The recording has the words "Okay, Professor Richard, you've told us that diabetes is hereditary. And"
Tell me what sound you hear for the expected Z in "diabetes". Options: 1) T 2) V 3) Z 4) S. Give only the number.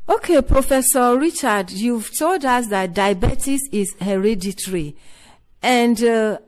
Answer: 4